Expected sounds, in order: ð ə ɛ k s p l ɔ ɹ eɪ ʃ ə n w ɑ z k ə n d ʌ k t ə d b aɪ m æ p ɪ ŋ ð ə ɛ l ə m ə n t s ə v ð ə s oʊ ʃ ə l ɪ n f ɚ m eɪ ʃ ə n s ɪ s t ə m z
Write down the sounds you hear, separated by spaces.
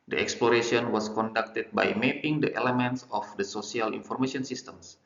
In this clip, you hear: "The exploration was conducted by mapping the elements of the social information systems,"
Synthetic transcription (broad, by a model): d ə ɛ k s p l ɔ ɹ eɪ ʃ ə n w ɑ s k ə n d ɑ k t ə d b aɪ m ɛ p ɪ ŋ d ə ɛ l ə m ə n t s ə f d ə s oʊ s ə l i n f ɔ m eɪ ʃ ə n s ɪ s t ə m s